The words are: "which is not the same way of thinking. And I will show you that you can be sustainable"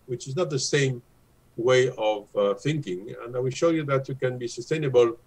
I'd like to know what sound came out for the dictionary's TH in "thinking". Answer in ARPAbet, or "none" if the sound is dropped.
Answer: TH